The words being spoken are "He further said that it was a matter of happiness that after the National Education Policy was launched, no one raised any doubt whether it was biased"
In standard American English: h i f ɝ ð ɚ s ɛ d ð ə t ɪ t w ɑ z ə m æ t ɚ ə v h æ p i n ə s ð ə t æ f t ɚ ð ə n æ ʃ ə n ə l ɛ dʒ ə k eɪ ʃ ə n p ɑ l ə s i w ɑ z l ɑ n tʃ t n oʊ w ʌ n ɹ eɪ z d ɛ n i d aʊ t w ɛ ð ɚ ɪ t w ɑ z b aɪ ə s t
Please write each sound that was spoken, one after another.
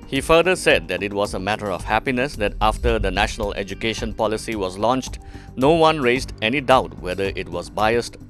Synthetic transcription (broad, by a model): h i f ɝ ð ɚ s ɛ d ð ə t ɪ t w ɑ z ə m æ t ɚ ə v h æ p i n ə s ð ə t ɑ f t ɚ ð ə n æ ʃ ə n ə l ɛ dʒ ə k eɪ ʃ ə n p ɑ l ə s i w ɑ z l ɑ n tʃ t n oʊ w ʌ n ɹ eɪ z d ɛ n i d aʊ t w ɛ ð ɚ ɪ t w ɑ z b aɪ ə s t